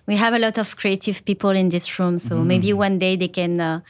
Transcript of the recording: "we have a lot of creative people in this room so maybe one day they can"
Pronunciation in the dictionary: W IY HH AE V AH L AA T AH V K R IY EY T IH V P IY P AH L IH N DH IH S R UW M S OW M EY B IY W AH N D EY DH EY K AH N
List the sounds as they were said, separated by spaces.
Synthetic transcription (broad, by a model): W IY HH AE V AH L AA T AH V K R IY EY T IH V P IY P AH L IH N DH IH S R UW M S OW M EY B IY W AH N D EY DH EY K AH N